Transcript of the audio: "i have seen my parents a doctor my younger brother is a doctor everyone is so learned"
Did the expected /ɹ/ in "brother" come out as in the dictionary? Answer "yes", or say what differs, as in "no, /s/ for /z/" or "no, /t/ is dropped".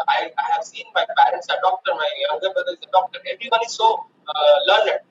no, /ɹ/ is dropped